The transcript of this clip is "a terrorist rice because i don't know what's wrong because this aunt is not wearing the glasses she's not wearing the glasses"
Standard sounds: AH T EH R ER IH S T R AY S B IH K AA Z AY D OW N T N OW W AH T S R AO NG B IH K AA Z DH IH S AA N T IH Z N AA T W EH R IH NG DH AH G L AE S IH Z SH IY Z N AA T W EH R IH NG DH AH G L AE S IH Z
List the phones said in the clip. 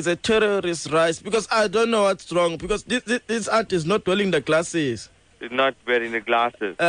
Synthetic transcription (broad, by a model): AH T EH R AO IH S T R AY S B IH K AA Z AY D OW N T N OW W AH T S R AO NG B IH K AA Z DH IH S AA T IH Z N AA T W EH L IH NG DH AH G L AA S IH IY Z N AA T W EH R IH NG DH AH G L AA S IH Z